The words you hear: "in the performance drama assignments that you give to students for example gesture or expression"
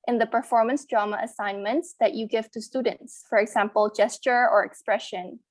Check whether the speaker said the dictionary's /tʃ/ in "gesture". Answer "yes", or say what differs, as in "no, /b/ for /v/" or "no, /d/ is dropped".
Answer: yes